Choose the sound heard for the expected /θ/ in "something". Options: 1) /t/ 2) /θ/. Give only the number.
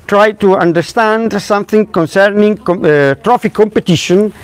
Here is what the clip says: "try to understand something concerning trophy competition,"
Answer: 2